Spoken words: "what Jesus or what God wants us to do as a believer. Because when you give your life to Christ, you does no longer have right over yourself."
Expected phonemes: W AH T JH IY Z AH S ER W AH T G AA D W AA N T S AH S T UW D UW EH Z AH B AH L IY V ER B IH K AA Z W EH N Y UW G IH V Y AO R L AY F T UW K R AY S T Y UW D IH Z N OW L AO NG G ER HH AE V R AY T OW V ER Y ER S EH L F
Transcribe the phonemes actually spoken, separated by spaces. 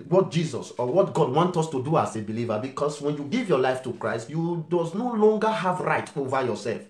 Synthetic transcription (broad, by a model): W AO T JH IY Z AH S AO W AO T G AA D W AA N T AO S T UW D UW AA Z AH B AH L IY V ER B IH K AA S W EH N Y UW G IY V Y AO L AY F T UW K R AY S T Y UW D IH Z N OW L AO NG G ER HH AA V R AY T OW V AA Y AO S EH L F